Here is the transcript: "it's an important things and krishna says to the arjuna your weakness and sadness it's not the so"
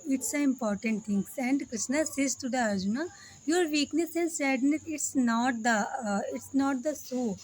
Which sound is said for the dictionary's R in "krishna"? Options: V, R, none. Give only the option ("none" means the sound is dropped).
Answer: R